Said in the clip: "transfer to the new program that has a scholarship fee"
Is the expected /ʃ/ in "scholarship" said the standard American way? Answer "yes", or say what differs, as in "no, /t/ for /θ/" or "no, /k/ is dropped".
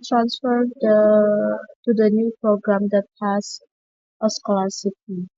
no, /s/ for /ʃ/